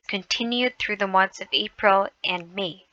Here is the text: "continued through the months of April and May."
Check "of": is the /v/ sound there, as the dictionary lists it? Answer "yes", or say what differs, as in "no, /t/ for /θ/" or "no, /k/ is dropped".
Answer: yes